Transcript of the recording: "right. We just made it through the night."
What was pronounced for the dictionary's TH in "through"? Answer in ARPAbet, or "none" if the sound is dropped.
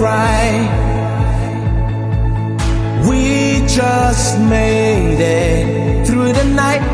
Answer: TH